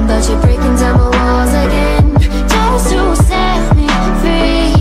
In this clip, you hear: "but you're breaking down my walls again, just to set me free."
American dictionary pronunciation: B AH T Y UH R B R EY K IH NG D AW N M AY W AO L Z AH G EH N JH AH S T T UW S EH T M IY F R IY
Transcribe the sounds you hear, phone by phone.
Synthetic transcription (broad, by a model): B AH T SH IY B R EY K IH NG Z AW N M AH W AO Z AH G EH N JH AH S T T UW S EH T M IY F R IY